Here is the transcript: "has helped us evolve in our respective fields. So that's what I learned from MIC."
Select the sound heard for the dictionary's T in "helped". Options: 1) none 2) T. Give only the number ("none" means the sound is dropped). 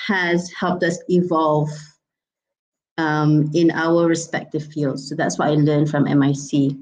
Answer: 2